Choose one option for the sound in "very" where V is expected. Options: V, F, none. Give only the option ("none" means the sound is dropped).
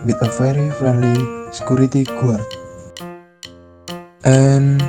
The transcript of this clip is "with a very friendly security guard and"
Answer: F